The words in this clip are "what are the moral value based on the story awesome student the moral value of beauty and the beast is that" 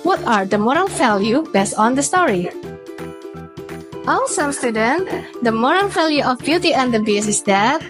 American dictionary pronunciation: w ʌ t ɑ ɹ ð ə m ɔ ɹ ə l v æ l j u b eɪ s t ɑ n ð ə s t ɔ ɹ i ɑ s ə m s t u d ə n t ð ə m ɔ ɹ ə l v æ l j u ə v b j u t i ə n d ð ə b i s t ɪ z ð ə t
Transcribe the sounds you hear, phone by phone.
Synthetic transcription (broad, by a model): w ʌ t ɑ ɹ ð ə m ɔ ɹ ə l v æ l j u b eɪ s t ɑ n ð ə s t ɔ ɹ i ɑ s ə m s t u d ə n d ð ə m ɔ ɹ ə l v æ l j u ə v b j u t i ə n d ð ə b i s ɪ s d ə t